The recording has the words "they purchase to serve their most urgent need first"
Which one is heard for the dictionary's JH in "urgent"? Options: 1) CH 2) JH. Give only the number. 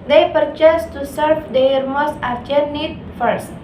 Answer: 1